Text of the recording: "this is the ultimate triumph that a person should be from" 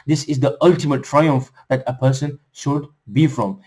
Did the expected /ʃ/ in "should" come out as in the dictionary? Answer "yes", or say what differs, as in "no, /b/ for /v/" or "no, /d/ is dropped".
yes